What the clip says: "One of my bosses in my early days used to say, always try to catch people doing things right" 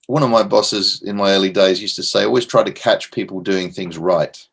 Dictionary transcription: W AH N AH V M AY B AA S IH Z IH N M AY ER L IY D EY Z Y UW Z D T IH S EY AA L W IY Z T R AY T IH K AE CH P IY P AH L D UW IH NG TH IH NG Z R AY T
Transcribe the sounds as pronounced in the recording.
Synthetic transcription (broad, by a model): W AH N AH V M AY B AA S IH Z IH N M AY ER L IY D EY Z Y UW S T IH S EY AA L W IY Z T R AY T IH K AE CH P IY P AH L D UW IH NG TH IH NG Z R AY T